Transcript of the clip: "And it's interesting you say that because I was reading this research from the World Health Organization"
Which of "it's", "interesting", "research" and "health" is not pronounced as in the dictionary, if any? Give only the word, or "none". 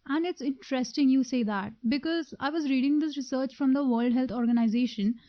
health